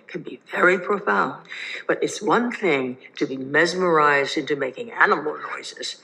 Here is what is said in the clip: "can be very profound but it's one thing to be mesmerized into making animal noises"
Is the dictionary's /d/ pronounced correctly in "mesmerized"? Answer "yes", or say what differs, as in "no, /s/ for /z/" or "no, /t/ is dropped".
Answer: yes